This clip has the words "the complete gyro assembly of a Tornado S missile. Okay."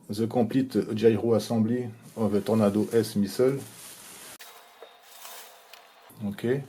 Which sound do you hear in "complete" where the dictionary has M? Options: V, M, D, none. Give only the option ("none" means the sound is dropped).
none